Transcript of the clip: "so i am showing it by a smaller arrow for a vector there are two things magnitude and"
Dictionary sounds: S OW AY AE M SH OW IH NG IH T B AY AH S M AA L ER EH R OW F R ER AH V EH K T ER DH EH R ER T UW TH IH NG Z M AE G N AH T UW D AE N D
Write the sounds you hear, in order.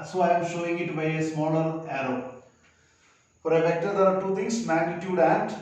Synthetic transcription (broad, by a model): S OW AY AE M SH OW IH NG IH T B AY AH S M AA L ER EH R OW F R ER AH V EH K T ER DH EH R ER T UW T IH NG S M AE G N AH T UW D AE N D